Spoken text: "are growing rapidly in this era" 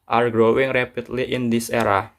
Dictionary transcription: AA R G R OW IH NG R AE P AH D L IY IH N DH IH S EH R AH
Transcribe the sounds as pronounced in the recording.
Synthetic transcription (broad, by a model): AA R G R OW IH NG R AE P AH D L IY IH N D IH S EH R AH